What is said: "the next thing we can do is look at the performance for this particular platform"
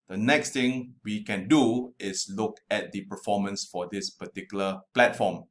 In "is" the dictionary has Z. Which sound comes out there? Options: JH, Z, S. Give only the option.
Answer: S